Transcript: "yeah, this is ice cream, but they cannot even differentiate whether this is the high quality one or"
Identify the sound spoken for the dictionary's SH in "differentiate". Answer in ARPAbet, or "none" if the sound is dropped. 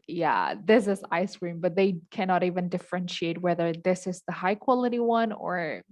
SH